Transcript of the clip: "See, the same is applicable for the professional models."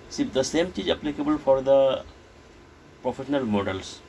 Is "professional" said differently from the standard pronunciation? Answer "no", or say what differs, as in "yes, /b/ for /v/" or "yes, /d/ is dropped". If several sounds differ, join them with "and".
no